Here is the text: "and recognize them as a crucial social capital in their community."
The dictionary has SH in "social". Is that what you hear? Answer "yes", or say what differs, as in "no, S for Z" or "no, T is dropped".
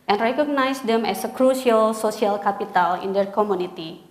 no, S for SH